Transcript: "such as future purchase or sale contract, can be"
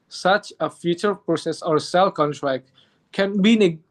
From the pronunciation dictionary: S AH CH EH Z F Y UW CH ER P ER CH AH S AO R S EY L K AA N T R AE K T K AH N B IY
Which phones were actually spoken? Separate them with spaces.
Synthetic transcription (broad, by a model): S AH CH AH F Y UW CH ER P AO S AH S AO R S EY L K AA N T R AE K T K AH N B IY